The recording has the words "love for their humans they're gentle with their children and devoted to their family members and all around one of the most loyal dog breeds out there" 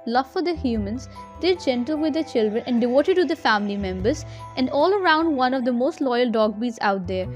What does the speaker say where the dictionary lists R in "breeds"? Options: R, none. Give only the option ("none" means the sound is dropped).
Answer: none